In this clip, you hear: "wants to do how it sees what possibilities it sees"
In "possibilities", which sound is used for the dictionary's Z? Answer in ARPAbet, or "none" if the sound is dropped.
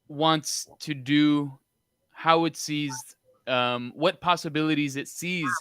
Z